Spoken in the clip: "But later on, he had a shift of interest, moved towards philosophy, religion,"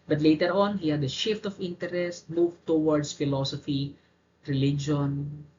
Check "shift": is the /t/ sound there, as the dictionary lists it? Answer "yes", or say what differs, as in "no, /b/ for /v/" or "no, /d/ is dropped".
yes